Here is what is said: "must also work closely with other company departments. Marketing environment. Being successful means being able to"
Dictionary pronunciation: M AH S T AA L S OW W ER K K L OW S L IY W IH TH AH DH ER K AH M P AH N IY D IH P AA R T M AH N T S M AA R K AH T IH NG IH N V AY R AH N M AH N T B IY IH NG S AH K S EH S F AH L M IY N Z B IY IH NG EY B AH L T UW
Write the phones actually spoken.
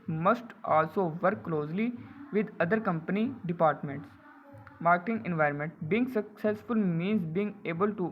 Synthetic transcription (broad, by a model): M AH S T AA L S OW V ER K K L OW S L IY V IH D AH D ER K AH M P AH N IY D IH P AA R T M AH N T S M AA R K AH T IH NG IH N V AY R AH N M AH N T B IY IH NG S AH K S EH S F AH L M IY N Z B IY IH NG EY B AH L T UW